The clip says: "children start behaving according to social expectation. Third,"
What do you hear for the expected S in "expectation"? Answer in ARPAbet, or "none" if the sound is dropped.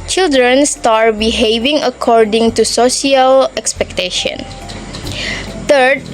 S